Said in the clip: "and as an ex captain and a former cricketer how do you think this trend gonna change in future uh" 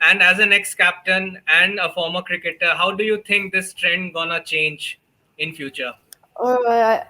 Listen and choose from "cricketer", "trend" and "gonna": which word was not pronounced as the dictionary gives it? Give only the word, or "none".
none